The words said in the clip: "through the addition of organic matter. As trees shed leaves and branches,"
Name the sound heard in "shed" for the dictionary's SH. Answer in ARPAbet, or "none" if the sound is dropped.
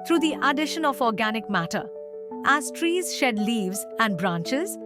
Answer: SH